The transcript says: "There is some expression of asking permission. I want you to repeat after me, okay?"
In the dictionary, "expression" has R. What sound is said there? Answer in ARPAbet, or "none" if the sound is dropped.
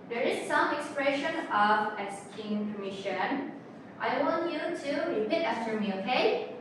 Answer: R